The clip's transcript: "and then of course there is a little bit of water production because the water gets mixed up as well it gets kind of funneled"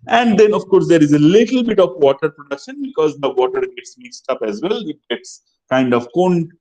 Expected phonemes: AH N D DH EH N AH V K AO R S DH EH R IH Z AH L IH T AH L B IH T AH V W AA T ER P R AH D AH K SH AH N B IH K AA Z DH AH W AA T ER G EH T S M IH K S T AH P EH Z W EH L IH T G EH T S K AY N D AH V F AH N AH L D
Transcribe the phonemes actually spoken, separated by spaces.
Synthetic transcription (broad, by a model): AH N D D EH N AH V K AO R S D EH R IH Z AH L IH T AH L B IH T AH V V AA T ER P R AH D AH K SH AH N B IH K AA Z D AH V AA T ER G EH T S M IH K S T AH P EH Z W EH L IH T G EH T S K AY N D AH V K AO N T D